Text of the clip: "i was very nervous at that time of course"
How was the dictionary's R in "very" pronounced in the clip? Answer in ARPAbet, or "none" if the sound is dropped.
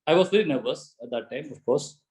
L